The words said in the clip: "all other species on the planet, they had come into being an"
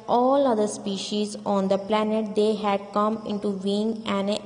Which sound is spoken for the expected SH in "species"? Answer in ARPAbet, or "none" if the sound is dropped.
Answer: SH